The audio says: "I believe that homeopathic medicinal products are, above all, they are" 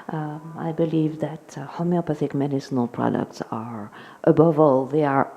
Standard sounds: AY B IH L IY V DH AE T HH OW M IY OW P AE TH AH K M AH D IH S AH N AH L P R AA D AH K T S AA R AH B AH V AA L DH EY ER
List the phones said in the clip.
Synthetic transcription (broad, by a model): AY B IH L IY V DH AE T HH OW M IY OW P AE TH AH K M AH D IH S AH N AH L P R AA D AH K T S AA R AH B AH V AA L DH EY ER